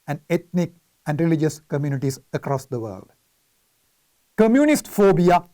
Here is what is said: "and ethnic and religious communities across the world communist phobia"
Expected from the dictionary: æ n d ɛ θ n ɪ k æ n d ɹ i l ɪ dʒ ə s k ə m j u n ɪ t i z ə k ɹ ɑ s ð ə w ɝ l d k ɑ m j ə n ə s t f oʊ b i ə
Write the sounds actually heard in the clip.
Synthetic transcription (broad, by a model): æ n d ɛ t n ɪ k æ n d ɹ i l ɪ dʒ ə s k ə m j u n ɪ t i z ə k ɹ ɑ s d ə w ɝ l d k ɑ m j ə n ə s t f oʊ b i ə